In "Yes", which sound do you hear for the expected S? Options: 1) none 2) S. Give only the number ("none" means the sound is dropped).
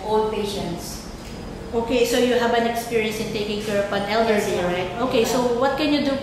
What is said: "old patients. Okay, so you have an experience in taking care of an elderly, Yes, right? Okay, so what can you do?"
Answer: 1